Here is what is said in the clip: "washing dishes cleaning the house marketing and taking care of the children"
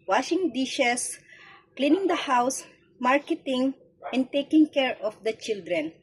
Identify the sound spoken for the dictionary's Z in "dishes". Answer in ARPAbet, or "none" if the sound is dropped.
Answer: S